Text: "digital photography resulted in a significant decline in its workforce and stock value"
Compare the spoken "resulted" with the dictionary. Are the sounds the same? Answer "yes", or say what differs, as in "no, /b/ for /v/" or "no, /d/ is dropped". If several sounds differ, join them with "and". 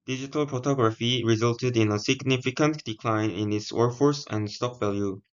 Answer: yes